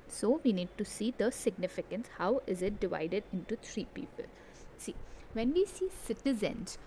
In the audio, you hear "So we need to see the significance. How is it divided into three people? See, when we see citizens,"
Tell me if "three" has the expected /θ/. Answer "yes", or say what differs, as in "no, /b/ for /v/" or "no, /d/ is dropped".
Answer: no, /t/ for /θ/